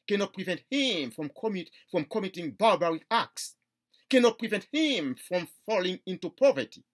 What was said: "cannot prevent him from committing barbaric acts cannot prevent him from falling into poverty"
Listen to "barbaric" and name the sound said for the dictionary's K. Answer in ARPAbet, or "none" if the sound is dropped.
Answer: none